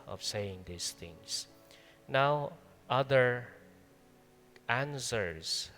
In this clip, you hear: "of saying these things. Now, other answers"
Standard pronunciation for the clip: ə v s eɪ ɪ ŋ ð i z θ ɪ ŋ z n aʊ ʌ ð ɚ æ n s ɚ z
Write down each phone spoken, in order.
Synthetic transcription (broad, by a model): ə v s eɪ ɪ ŋ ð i s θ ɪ ŋ s n aʊ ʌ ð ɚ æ n s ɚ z